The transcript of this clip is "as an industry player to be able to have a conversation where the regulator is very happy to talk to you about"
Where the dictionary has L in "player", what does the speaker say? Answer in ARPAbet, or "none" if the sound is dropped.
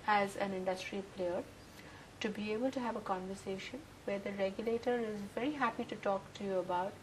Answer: L